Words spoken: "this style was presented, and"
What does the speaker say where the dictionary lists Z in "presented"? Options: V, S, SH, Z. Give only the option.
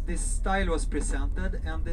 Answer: S